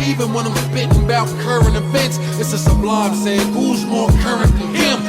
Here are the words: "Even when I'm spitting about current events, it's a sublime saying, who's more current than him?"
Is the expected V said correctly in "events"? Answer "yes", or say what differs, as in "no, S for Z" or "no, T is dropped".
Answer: no, F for V